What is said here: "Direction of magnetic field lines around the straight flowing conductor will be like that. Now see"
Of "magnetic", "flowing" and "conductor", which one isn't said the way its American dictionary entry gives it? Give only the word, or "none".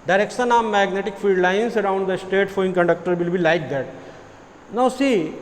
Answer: flowing